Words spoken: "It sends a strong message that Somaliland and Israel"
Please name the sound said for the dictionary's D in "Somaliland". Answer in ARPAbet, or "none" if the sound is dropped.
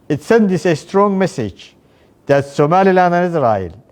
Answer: none